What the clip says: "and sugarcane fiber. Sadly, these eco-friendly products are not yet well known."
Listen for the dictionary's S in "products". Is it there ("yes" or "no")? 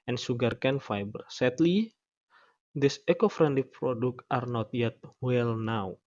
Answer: no